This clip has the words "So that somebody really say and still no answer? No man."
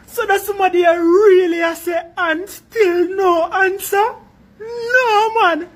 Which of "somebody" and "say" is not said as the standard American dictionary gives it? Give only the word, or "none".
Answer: somebody